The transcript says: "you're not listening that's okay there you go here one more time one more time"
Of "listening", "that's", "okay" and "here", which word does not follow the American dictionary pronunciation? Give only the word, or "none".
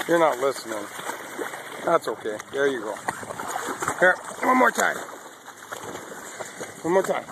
here